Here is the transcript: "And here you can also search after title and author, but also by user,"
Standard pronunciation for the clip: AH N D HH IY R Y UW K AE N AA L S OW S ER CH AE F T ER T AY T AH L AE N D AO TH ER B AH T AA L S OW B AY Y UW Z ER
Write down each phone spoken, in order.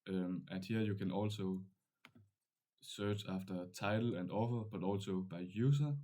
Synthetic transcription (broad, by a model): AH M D HH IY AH Y UW K AE N AA L S OW S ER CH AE F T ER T AY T L AE N D AO F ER B AH T AA L S OW B AY Y UW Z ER